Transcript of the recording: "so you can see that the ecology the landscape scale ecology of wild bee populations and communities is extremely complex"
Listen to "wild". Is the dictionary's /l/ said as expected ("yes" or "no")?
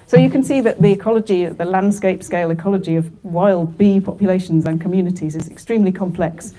yes